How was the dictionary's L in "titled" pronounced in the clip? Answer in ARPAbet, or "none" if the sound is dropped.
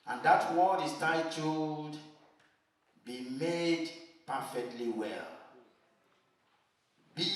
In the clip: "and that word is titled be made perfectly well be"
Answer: none